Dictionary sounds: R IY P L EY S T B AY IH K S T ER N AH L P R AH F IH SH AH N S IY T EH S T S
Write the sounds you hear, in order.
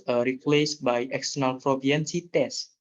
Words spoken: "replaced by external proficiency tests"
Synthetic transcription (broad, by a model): R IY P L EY S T B AY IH K S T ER N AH L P R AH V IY AH N S IY T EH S S